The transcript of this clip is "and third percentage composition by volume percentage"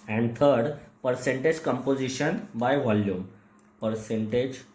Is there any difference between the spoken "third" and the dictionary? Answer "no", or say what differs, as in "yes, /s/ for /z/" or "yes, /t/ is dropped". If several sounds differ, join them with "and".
yes, /t/ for /θ/